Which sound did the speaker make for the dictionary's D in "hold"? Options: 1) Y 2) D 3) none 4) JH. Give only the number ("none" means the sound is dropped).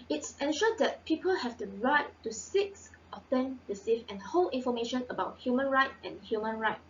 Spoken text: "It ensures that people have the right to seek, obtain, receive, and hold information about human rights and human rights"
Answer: 3